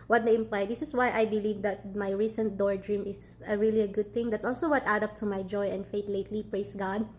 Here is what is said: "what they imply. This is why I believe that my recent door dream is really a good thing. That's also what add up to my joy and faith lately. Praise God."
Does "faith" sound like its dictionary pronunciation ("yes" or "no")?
no